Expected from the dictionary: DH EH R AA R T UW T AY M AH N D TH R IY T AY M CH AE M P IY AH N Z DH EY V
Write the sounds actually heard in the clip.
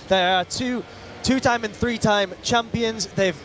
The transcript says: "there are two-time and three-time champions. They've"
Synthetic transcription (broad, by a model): DH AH R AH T T UW T AY M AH N TH R IY T AY M CH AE M P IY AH N Z DH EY V